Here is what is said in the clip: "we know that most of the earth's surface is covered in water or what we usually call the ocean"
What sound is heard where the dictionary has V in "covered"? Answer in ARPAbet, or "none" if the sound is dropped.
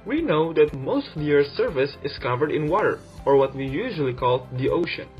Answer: V